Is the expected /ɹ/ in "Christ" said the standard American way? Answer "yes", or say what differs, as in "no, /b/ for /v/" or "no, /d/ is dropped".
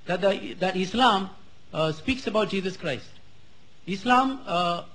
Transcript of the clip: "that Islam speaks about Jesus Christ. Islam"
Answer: yes